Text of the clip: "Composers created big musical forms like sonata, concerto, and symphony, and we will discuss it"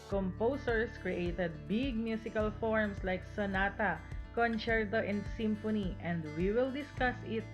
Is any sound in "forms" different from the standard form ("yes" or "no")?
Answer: yes